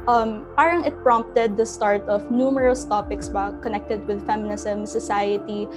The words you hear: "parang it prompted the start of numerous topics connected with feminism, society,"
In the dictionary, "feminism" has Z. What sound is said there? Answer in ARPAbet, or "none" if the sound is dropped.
S